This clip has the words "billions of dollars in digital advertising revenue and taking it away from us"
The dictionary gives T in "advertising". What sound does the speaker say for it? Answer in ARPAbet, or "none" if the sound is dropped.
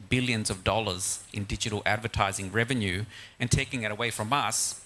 T